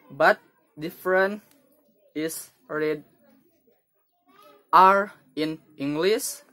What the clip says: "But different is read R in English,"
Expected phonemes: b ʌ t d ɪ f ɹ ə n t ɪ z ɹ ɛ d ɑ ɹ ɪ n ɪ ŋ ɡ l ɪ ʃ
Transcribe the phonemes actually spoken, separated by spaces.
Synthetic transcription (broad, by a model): b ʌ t d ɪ f ɹ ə n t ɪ s ɹ ɛ d ɑ ɹ ɪ n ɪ ŋ ɡ l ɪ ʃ